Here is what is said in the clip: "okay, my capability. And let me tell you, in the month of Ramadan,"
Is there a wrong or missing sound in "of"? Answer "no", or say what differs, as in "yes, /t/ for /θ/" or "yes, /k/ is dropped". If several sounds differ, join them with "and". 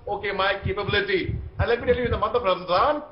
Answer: yes, /p/ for /v/